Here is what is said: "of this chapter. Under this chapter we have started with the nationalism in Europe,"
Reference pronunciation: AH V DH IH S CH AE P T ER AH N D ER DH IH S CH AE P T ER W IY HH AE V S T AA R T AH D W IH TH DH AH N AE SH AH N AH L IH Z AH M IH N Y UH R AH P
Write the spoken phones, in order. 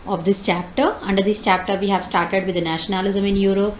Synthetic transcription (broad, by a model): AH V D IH S CH AE P T ER AH N D ER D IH S CH AE P T ER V IY HH AE V S T AA R T AH D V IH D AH N AE SH AH N AH L IH Z AH M IH N Y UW R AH P